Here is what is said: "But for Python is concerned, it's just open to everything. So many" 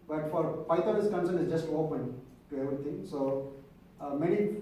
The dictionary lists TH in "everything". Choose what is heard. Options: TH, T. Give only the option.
T